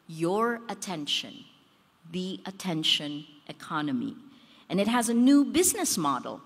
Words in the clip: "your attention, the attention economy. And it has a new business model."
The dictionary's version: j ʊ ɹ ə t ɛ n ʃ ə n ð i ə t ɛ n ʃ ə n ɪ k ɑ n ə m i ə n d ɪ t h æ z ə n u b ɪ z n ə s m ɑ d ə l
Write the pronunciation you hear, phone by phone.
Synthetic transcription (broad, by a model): j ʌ ɹ ə t ɛ n ʃ ə n ð i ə t ɛ n ʃ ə n ɪ k ɑ n ə m i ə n ɪ t h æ z ə n u b ɪ z n ə s m ɑ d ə l